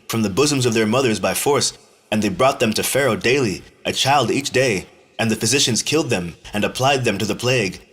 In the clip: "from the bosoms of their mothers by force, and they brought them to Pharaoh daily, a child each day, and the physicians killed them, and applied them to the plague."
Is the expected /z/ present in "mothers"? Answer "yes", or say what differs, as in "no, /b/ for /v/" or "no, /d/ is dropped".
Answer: yes